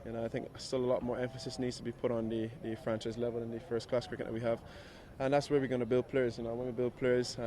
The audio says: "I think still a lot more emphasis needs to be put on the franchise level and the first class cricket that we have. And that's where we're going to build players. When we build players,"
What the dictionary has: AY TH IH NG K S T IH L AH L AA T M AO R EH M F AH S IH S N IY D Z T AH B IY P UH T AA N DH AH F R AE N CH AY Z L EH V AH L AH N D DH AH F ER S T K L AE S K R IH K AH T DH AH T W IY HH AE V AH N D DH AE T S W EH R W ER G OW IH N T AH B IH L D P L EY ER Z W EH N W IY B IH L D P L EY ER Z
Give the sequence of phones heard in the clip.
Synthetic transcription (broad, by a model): AY TH IH NG K S T IH L AH L AA T M AO R EH M F AH S IH S N IY D Z T AH B IY P UH T N DH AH F R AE N CH AY Z L EH V AH L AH N DH AH F ER S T K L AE S K R IH K AH T DH AH T W IY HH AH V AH N DH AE T S W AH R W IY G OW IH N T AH B IH L D P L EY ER Z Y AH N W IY B IH L D P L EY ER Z